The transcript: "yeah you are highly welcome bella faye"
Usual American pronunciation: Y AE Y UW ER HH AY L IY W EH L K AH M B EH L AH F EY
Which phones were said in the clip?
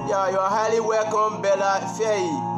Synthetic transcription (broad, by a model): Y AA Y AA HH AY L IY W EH K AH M B EH L AH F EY